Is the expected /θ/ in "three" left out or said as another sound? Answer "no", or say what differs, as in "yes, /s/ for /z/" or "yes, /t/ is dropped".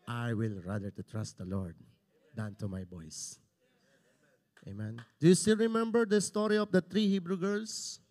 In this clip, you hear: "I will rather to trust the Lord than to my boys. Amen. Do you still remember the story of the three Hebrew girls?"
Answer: yes, /t/ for /θ/